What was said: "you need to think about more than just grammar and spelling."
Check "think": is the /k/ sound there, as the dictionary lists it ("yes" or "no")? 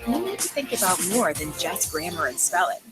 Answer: yes